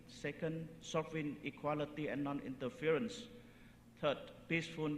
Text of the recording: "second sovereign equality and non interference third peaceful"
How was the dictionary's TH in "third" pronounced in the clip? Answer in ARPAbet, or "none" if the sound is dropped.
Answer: T